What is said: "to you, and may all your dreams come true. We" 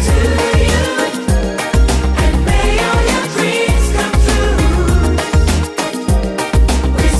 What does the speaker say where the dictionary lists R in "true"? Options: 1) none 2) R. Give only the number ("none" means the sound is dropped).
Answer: 1